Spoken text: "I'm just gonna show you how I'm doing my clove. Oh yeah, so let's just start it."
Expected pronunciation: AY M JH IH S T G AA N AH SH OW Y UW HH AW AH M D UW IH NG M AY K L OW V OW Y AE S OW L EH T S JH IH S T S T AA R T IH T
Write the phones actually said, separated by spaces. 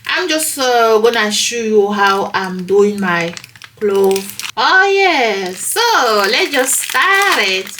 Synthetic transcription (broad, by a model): AY M JH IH S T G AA N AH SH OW Y UW HH AW AH M D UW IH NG M AY K L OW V OW Y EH S OW L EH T JH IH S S T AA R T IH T